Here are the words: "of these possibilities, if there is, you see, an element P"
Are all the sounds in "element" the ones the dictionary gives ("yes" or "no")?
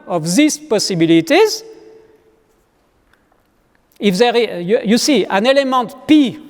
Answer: yes